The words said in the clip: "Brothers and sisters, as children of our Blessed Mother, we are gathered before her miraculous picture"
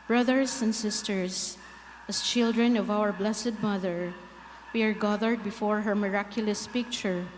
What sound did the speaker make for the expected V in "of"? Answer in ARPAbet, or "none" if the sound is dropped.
V